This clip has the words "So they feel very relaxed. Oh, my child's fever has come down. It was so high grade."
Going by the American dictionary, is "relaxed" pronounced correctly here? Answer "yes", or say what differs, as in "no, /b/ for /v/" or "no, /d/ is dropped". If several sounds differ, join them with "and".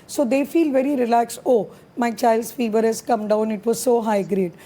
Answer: no, /t/ is dropped